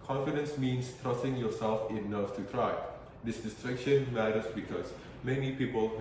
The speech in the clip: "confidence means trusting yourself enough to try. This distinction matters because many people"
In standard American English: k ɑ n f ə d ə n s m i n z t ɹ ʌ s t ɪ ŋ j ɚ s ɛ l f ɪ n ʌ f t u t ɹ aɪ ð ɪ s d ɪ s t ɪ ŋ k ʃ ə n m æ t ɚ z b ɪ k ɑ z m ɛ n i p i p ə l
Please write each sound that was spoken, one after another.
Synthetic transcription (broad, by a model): k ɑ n f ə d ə n s m i n s t ɹ ʌ s t ɪ ŋ j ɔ s ɛ l f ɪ n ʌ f t u t ɹ aɪ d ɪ s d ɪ s t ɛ k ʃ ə n m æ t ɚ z b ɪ k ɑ s m ɛ n i p i p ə l